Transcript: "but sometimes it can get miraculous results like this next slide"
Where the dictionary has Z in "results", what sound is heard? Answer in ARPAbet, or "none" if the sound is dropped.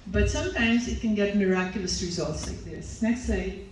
Z